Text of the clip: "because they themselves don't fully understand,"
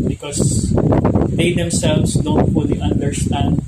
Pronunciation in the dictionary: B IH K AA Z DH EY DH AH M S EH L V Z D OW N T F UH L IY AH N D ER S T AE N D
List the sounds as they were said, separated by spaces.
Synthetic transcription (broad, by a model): B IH K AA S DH EY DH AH M S EH L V S D OW N T F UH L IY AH N D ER S T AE N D